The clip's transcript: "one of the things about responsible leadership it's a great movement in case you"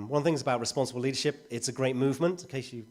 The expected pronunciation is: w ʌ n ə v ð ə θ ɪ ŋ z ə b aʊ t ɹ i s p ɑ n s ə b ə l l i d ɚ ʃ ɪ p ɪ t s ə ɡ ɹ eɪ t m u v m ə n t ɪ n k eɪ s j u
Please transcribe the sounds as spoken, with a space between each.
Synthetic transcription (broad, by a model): w ʌ n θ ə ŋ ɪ z ə b aʊ t ɹ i s p ɑ n s ə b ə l l i d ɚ ʃ ɪ p ɪ t s ə ɡ ɹ eɪ t m u v m ə n t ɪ k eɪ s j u